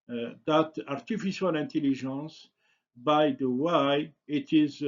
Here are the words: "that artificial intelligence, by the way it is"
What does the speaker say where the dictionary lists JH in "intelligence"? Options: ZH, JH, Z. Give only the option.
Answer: ZH